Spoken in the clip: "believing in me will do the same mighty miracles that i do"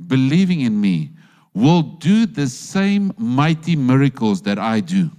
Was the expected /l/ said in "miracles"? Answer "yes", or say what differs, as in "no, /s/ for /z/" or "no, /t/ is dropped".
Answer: yes